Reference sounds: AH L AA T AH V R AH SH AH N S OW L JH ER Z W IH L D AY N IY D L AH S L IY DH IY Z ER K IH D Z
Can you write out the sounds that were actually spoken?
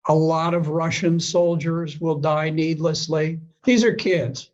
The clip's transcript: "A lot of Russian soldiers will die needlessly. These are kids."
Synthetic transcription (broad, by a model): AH L AA T AH V R AH SH AH N S OW L JH ER Z W IH L D AY N IY D L AH S L IY DH IY Z ER K IH D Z